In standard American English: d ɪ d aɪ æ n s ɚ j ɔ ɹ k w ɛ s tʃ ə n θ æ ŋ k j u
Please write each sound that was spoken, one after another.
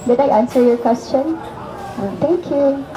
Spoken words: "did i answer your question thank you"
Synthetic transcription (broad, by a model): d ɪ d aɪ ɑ n s ɚ j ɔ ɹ k w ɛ s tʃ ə n t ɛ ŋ k j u